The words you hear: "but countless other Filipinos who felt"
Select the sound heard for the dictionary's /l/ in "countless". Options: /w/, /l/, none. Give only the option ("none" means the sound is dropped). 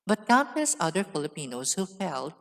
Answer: none